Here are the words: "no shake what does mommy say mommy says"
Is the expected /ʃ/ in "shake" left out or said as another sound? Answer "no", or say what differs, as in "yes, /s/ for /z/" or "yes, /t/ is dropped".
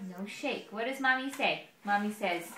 no